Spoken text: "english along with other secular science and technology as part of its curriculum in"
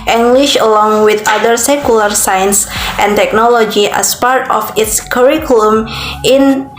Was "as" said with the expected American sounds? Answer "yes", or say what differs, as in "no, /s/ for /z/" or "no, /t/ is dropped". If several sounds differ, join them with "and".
no, /s/ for /z/